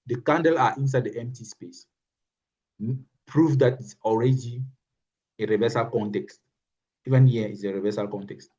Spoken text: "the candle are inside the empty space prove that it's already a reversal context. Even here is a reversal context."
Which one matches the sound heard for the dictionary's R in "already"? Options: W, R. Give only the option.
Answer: R